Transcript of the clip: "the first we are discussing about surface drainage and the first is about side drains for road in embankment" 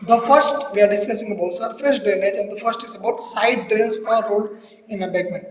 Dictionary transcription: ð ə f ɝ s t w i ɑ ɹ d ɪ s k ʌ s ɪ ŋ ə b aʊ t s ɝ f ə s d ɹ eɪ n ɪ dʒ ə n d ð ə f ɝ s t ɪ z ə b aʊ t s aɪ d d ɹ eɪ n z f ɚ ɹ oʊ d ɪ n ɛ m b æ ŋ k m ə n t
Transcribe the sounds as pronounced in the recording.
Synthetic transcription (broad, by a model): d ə f ɝ s t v i ɑ ɹ d ɪ s k ʌ s ɪ ŋ ə b aʊ t s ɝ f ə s d eɪ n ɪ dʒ ə n d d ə f ɝ s t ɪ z ə b aʊ t s aɪ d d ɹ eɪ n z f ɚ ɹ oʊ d ɪ n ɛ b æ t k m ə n